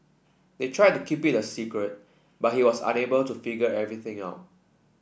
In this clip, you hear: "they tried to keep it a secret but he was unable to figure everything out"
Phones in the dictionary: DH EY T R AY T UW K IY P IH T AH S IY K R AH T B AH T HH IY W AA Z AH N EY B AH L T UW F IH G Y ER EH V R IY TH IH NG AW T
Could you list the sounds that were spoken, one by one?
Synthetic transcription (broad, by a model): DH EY T R AY T UW K IY P IH T AH S IY K R AH T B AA T HH IY W AA S AH N EY B AH L T UW F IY G ER EH V R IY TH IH NG AW T